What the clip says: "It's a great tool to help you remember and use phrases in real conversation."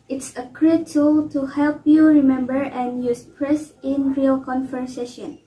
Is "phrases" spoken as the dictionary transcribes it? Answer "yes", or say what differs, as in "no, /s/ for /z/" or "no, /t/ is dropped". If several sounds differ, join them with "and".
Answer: no, /p/ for /f/ and /s/ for /z/